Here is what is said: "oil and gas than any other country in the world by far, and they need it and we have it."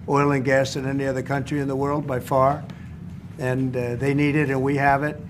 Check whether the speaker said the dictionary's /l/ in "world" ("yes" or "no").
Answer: yes